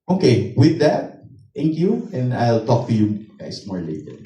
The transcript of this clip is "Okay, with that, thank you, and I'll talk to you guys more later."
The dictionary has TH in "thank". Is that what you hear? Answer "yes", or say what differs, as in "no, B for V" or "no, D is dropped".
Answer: no, T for TH